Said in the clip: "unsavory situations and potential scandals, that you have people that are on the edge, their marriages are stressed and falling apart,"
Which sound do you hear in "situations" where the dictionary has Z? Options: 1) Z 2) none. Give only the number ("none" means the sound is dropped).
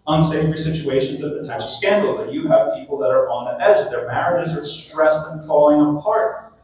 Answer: 1